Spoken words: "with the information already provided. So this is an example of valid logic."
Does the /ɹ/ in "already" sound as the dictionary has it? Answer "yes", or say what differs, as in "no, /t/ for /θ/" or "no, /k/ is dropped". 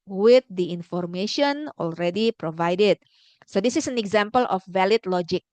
yes